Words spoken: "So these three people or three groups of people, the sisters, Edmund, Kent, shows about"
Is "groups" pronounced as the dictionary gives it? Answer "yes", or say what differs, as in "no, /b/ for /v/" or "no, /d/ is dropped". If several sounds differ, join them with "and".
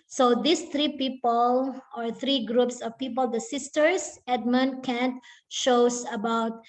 yes